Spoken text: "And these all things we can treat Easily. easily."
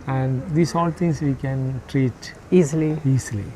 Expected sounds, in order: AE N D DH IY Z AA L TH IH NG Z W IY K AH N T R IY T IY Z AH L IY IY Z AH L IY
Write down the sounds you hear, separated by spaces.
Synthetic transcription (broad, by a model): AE N D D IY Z AA L T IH NG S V IY K AH N T R IY T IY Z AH L IY IY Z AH L IY